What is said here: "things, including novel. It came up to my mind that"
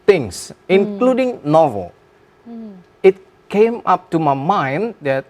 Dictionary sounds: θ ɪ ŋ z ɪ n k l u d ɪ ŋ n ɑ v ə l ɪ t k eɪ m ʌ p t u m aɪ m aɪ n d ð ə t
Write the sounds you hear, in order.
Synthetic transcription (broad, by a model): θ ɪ ŋ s ɪ n k l u d ɪ ŋ n ɑ v ə l ɪ t k eɪ m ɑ p t u m aɪ m aɪ n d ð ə t